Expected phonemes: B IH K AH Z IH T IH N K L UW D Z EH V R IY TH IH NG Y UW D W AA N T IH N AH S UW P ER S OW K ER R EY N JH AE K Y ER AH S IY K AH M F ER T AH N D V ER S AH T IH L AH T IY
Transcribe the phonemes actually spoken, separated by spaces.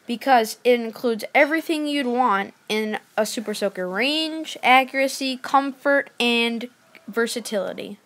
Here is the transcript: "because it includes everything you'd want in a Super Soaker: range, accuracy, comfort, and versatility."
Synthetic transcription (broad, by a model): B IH K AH Z IH T IH N K L UW D Z EH V R IY TH IH NG Y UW D W AA N T IH N AH S UW P ER S OW K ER R EY N JH AE K Y ER AH S IY K AH M F ER T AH N V ER S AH T IH L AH T IY